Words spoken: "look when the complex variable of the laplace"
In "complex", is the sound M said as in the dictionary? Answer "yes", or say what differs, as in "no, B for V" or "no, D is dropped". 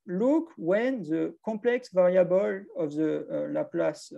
no, M is dropped